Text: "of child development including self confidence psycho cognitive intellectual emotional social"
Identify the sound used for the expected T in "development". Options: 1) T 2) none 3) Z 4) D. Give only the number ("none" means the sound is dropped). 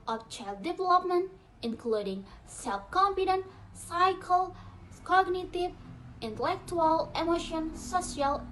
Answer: 1